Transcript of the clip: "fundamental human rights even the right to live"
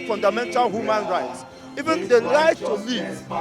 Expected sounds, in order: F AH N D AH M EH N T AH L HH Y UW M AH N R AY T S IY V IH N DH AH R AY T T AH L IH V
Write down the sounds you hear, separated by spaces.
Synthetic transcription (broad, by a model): F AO N D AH M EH N T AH L HH Y UW M AH N R AY T S IY V IH N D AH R AY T T AH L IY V